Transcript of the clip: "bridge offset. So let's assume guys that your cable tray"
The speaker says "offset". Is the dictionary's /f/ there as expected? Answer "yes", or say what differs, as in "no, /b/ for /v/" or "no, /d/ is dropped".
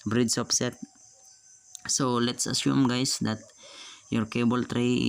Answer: no, /p/ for /f/